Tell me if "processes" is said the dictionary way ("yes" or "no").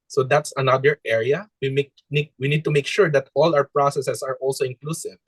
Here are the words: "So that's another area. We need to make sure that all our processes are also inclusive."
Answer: no